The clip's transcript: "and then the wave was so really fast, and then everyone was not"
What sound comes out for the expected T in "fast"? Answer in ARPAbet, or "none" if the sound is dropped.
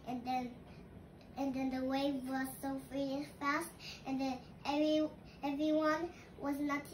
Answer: T